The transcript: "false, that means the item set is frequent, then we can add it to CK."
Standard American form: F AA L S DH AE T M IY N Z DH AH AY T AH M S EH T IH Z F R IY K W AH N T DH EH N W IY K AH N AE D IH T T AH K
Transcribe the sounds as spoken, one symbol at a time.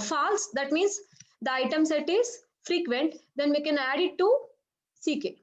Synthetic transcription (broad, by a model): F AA L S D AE T M IY N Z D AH AY T AH M S EH T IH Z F R IY K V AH N T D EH N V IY K AH N AE D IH T S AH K